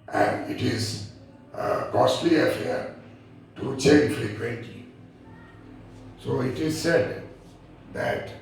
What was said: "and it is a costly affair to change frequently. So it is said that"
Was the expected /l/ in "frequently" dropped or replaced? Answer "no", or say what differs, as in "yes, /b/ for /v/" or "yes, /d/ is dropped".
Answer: yes, /l/ is dropped